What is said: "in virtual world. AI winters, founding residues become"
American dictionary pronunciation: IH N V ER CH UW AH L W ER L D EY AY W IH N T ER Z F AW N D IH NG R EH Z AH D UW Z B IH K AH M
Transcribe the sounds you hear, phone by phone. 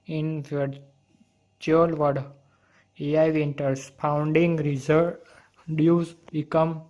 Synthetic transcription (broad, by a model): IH N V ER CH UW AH L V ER D EY AY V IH N T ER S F AW N D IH NG R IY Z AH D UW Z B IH K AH M